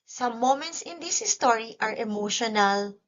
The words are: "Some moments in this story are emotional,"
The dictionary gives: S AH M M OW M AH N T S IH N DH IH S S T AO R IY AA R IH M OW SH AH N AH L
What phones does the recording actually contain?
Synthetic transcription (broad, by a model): S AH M M OW M AH N T S IH N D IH S S T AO R IY AA R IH M OW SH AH N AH L